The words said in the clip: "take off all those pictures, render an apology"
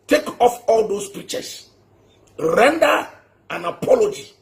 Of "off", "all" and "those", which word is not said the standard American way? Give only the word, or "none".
those